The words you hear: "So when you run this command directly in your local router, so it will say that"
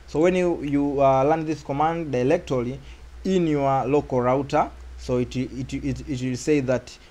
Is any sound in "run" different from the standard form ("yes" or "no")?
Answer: yes